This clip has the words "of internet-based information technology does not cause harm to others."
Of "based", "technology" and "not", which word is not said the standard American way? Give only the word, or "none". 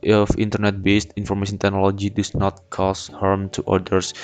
none